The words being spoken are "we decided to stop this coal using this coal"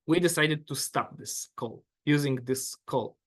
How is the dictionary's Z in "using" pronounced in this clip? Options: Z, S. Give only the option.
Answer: Z